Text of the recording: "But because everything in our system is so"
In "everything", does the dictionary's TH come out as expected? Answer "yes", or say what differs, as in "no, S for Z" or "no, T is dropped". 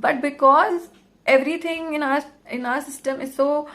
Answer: no, T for TH